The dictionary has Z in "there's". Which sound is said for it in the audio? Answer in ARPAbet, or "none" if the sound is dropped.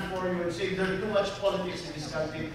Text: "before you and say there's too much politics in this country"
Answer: none